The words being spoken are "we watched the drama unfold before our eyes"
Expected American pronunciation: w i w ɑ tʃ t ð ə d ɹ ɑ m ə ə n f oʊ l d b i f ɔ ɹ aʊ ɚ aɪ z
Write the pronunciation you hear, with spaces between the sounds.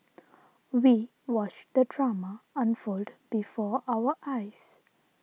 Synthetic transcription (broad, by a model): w i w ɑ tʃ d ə d ɹ ɑ m ə ə n f oʊ l d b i f ɔ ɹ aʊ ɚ aɪ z